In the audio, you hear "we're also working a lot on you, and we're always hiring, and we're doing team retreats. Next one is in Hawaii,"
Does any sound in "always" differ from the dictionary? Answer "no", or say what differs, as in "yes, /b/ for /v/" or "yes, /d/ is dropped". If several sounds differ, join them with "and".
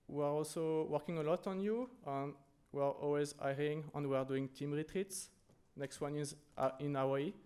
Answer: no